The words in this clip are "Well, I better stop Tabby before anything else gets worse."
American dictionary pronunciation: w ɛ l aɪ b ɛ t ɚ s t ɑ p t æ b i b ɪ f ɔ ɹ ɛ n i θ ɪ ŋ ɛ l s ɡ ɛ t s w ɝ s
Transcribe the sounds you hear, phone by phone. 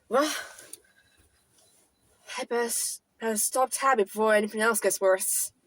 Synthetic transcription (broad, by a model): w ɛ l aɪ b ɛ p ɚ s t ɑ p t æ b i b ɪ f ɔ ɹ ɛ n i θ ɪ ŋ ɛ l s ɡ ɛ t s w ɝ s